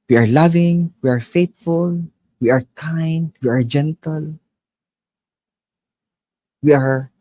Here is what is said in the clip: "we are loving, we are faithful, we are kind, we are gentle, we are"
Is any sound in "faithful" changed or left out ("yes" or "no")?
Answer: yes